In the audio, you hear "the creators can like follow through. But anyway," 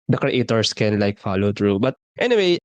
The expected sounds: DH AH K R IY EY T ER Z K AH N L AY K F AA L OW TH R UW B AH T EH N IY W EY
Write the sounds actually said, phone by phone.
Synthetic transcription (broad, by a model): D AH K R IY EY T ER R K AH N L AY K F AA L OW T R UW B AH T EH N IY W EY